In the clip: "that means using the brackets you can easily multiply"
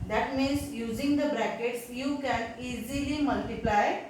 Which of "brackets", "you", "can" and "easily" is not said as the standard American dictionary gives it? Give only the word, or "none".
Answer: none